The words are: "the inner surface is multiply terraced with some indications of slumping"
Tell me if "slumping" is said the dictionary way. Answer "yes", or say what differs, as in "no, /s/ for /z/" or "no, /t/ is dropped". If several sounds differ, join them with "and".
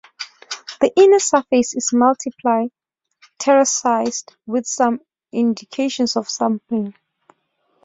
no, /l/ is dropped